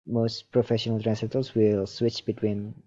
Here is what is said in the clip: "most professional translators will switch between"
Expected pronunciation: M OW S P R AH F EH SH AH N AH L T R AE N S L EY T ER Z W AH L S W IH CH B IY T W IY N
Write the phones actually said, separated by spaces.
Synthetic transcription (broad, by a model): M OW S P R AH F EH SH AH N AH L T R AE N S EY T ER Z W AH L S W IH CH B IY T W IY N